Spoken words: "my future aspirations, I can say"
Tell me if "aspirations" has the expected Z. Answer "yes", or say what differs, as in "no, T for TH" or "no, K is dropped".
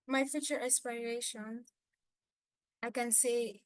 no, Z is dropped